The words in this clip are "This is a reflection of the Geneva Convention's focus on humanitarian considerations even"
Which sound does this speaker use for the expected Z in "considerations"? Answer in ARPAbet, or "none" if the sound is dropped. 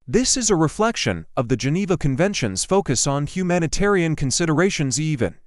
Z